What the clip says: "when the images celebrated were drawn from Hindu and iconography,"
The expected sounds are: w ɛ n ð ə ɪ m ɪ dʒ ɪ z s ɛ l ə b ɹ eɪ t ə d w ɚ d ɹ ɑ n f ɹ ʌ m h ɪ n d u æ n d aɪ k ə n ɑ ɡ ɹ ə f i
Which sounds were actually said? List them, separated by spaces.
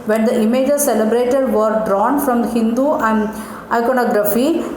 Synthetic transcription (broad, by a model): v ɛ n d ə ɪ m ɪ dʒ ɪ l s ɛ l ə b ɹ eɪ t ə d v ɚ d ɹ ɑ n f ɹ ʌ m h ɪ n d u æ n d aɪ k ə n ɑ ɡ ɹ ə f i